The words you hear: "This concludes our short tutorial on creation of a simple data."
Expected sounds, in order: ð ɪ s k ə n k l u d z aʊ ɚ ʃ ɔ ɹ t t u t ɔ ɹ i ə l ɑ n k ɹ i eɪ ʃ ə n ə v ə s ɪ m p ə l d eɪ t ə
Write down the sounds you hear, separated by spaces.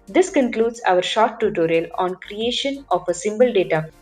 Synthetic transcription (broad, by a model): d ɪ s k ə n k l u d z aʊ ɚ ʃ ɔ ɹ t t u t ɔ ɹ i ə l ɑ n k ɹ i eɪ ʃ ə n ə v ə s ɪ m b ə l d eɪ t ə